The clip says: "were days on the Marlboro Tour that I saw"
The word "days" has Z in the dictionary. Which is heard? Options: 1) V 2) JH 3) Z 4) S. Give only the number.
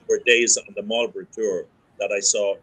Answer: 3